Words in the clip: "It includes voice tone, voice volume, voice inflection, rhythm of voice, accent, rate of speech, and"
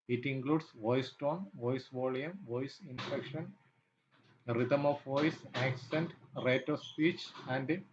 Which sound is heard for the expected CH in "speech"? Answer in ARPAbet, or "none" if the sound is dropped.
CH